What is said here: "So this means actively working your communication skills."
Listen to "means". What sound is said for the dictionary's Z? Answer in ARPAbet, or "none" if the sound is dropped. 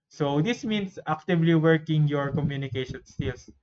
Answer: S